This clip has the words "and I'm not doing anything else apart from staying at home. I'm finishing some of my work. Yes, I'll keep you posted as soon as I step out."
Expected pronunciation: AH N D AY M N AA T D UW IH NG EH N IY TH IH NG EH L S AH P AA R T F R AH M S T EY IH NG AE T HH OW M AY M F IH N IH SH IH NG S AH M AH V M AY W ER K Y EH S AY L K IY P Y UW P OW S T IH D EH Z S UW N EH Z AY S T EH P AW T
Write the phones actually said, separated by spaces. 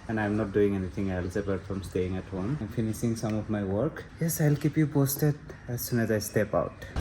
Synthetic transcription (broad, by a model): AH N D AY M N AA T D UW IH NG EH N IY T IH NG EH L S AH B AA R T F R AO M S T EY IH NG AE T HH OW M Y M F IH N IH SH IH NG S AH M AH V M AY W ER K Y EH S AY L K IY P Y UW P OW S T IH D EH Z S UW N EH Z AY S T EH P AW T